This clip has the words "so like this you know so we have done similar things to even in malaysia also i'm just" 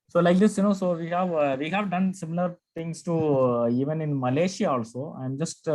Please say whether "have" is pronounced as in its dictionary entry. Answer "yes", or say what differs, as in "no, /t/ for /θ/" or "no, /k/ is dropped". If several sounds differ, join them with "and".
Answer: yes